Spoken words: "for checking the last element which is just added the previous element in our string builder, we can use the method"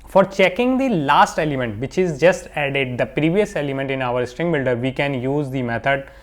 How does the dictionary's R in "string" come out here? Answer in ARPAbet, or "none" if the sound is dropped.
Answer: R